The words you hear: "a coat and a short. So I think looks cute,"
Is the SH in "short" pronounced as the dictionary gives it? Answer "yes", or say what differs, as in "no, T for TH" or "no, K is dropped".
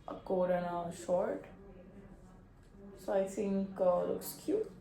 yes